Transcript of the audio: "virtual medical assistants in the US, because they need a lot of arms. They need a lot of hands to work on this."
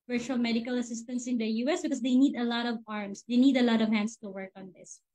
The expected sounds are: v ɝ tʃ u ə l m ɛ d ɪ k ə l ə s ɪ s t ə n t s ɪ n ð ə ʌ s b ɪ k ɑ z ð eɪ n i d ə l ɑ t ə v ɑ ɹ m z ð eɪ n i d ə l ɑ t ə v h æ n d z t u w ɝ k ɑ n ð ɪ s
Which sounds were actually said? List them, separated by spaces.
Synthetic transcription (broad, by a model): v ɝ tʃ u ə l m ɛ d ɪ k ə l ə s ɪ s t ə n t s ɪ n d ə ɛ s b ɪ k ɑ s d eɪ n i d ə l ɑ t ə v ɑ ɹ m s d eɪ n i d ə l ɑ t ə v h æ n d s t u w ɝ k ɑ n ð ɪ s